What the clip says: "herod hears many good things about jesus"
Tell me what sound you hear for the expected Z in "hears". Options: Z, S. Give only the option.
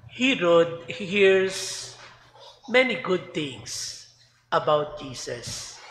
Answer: S